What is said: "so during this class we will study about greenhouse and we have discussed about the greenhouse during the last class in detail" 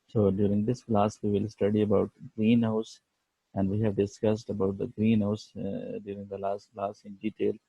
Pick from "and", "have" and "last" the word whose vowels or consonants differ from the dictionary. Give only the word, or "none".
none